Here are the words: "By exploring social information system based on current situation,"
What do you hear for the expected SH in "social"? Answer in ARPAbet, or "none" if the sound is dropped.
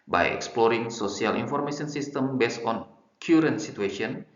S